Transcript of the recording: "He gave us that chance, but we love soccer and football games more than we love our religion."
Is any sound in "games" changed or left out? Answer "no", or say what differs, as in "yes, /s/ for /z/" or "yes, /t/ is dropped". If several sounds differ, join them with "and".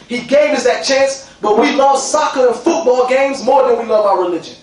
no